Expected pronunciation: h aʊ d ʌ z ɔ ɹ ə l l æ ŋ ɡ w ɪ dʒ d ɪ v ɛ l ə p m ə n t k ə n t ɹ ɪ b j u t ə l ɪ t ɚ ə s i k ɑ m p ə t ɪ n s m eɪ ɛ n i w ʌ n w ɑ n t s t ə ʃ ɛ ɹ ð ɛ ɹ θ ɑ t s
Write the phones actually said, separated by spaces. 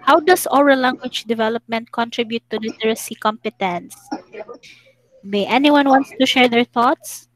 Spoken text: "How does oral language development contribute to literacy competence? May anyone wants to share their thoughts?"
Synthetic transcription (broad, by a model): h aʊ d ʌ s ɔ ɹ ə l l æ ŋ ɡ w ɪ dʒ d ɪ v ɛ l ə p m ə n t k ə n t ɹ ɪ b j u t ə l ɪ t ɚ ə s i k ɑ m p ə t ɪ n s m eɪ ɛ n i w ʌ n w ɑ n t s t ə ʃ ɛ ɹ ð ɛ ɹ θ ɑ t s